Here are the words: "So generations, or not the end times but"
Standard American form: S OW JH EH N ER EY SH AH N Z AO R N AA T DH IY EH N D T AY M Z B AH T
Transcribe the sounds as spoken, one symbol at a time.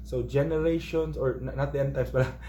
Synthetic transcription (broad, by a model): S OW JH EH N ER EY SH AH N S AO R N AA T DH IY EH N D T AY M S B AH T